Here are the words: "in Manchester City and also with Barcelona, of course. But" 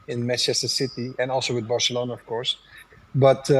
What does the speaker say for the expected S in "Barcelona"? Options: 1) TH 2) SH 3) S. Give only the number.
3